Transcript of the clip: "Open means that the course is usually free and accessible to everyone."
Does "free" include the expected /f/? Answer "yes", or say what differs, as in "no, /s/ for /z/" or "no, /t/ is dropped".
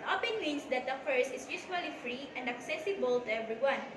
yes